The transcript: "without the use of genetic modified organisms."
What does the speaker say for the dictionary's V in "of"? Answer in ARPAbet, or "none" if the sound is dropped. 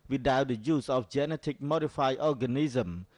F